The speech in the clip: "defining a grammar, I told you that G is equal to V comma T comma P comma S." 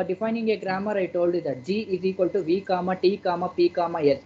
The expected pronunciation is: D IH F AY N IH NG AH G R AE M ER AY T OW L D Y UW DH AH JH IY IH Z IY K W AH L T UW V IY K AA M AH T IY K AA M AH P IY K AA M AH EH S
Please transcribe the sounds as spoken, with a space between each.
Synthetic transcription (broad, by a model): D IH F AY N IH NG AH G R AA M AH AY T OW L D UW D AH JH IY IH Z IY K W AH L T UW V IY K AA M AH T IY K AA M AH P IY K AA M AH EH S